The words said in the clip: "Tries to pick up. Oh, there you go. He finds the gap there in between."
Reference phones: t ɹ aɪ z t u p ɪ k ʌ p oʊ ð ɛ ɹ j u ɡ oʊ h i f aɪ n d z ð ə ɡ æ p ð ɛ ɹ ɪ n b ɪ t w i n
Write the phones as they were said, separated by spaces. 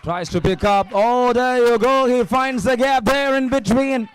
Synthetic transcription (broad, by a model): t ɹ aɪ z t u p ɪ k ʌ p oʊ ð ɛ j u ɡ oʊ h i f aɪ n d z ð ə ɡ æ p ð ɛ ɹ ɪ n b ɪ t w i n